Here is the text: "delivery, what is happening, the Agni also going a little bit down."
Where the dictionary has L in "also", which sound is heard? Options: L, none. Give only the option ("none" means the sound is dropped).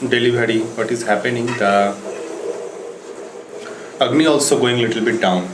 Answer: L